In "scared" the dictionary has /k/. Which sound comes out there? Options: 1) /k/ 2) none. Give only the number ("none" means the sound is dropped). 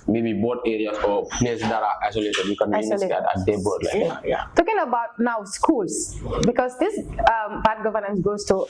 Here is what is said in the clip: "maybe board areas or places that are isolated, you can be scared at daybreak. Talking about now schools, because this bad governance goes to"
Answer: 2